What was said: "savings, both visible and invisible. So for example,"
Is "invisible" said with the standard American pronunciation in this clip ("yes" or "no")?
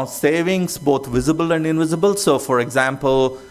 yes